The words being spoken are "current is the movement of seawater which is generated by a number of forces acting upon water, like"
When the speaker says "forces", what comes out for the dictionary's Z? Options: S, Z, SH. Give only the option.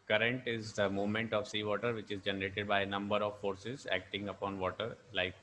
Z